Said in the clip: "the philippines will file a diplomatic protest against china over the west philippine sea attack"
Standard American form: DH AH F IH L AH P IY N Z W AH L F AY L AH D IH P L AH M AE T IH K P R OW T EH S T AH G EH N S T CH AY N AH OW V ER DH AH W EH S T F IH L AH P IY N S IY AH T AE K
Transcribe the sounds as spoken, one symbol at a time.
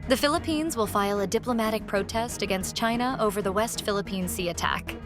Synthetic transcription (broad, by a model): DH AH F IH L AH P IY N Z W AH L F AY L AH D IH P L AH M AE T IH K P R OW T EH S T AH G EH N S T CH AY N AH OW V ER DH AH W EH S T F IH L AH P IY N S IY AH T AE K